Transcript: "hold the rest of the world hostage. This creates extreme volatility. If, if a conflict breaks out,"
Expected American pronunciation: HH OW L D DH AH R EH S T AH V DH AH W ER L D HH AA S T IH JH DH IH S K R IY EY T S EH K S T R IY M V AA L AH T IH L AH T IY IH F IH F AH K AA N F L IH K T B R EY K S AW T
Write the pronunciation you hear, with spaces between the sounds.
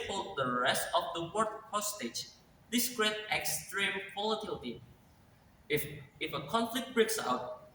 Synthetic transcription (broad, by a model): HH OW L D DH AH R EH S T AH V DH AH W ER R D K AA S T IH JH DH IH S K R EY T EH K S T R IY M P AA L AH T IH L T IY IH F IH F AH K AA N F L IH K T B R EY K S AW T